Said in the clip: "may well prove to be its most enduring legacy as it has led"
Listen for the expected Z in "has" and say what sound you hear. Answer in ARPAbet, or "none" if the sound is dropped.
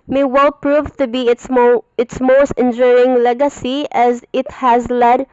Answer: Z